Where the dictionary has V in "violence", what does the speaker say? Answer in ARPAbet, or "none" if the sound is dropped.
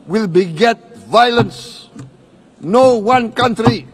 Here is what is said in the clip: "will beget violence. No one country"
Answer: V